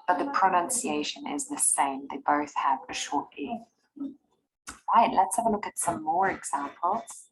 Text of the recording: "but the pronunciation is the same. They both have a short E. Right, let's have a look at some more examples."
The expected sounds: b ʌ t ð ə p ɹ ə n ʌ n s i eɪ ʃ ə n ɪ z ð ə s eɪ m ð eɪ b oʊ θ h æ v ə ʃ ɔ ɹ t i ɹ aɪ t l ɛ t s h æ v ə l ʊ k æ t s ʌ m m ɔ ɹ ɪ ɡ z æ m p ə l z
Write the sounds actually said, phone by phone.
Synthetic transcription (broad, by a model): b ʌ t ð ə p ɹ ə n ʌ n s i eɪ ʃ ə n ɪ z ð ə s eɪ m ð eɪ b oʊ θ h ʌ v ə ʃ ɔ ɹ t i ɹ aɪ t l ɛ t s h æ v ə l ʊ k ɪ t s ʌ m m ɔ ɹ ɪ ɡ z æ m p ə l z